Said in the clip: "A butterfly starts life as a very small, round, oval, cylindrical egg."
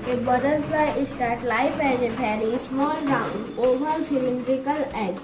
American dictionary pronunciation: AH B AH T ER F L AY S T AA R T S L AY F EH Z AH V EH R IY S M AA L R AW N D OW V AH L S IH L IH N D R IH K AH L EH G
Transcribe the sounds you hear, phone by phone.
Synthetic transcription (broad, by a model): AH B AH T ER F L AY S T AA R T L AY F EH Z AH P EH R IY S M AA L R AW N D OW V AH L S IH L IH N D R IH K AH L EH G